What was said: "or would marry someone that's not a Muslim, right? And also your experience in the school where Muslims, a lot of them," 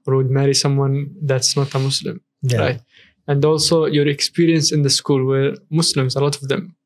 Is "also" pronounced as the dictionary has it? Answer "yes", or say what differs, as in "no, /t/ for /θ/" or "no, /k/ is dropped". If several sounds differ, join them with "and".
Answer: yes